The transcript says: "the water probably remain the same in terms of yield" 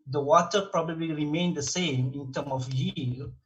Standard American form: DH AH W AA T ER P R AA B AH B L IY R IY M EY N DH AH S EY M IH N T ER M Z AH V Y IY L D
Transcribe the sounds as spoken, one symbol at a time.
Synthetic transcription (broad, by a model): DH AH W AA T ER P R AA B AH B L IY R IY M EY N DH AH S EY M IH N T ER M AH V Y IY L